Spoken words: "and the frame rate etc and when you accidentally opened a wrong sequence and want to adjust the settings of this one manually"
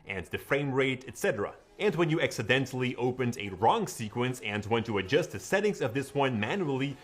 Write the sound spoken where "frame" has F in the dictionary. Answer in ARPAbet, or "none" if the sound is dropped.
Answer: F